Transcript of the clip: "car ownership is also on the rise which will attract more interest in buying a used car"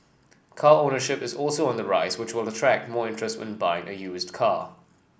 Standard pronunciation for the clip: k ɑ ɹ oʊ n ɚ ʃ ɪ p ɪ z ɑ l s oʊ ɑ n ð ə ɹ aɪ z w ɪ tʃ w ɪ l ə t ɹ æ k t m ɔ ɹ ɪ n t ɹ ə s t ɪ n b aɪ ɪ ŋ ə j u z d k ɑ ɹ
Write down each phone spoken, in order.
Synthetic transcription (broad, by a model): k ɑ ɹ oʊ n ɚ ʃ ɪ p ɪ z ɑ l s oʊ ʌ n ð ə ɹ aɪ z w ɪ tʃ w ɪ l ə t ɹ æ k t m ɔ ɹ ɪ n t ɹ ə s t ɪ n b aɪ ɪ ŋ ə j u z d k ɑ